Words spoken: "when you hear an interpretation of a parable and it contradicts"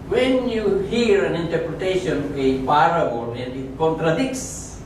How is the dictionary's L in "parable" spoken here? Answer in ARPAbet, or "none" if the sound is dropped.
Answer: N